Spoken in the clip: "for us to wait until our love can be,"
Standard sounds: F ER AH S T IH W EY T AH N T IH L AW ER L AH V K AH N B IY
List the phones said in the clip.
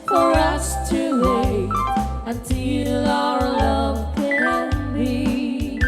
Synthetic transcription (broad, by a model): F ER AH S T IH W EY AH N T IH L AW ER L AH V K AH N B IY